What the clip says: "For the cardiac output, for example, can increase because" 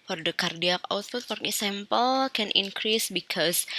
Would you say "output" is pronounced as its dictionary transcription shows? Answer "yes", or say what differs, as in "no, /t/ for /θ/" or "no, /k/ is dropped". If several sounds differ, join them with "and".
no, /f/ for /p/